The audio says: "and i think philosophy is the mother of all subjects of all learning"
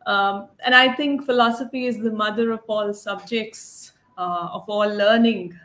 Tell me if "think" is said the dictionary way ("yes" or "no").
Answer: no